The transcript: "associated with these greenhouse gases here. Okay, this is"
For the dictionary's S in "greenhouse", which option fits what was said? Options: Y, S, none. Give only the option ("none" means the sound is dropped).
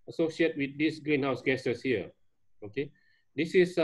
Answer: S